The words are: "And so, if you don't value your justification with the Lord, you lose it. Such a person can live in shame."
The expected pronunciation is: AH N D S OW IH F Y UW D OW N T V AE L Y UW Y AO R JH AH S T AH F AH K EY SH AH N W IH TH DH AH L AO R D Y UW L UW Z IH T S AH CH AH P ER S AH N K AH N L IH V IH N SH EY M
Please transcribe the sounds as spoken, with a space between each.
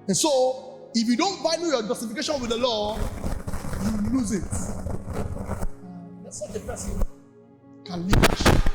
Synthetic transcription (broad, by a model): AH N S OW IH F Y UW D OW N T B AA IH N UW Y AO JH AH S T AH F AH K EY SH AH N W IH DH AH L AO Y UW L UW Z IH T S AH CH AH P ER S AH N K AH N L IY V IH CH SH